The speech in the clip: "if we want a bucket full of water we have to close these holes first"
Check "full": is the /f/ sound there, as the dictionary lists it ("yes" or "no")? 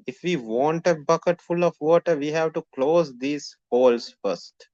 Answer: yes